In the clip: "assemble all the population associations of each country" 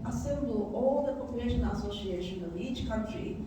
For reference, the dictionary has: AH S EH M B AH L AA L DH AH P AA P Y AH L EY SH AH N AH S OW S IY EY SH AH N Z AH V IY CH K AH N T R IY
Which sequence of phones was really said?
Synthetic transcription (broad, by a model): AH S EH M B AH L AA L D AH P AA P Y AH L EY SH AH N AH S OW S IY EY SH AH N AH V IY CH K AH N T R IY